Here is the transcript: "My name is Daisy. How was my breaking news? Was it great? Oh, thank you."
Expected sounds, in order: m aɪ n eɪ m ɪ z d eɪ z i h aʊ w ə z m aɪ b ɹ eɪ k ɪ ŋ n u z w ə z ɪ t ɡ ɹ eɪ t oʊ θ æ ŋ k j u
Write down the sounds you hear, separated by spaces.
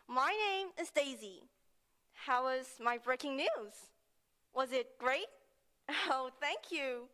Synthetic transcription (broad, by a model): m aɪ n eɪ m ɪ z d eɪ z i h aʊ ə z m aɪ b ɹ eɪ k ɪ ŋ n u z w ə z ɪ t ɡ ɹ eɪ t oʊ θ æ ŋ k j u